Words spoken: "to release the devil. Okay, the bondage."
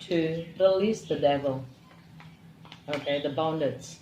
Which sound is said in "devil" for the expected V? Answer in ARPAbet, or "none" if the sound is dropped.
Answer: V